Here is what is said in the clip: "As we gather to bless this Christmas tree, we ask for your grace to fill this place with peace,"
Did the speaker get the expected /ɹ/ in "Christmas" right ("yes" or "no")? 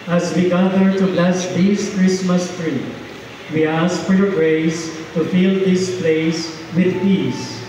yes